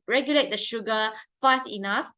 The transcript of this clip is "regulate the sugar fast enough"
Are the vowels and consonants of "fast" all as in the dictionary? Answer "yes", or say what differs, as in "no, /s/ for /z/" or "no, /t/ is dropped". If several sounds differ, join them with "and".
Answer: no, /t/ is dropped